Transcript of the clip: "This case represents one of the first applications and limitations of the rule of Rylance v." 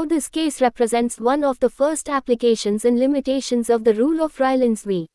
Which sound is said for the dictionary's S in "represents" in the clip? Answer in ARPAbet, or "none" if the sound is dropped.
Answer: S